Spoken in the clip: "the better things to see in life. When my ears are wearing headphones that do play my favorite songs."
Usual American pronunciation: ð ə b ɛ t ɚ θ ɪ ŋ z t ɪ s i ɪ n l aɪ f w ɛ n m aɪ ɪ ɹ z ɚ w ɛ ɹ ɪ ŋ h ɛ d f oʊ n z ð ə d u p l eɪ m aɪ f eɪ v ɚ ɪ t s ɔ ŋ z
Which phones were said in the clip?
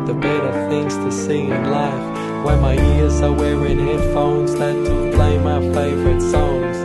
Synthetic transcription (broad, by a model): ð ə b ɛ t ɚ θ ɪ ŋ z t ɪ s i ɪ n l aɪ f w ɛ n m aɪ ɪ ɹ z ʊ w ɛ w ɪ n h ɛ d f oʊ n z ð ə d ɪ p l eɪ m aɪ f eɪ v ɚ ɪ t s ɔ ŋ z